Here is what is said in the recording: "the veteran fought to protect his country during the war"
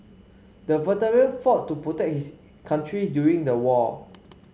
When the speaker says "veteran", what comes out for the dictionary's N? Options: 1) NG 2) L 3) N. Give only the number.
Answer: 2